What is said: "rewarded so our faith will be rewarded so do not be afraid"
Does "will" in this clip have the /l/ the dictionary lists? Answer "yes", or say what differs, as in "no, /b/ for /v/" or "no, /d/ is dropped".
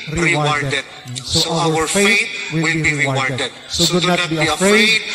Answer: no, /w/ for /l/